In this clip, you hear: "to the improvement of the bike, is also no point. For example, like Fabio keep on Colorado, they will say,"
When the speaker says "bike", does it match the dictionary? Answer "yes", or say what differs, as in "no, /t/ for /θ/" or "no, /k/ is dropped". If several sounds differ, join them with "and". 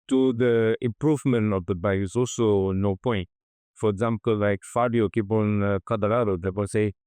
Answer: no, /k/ is dropped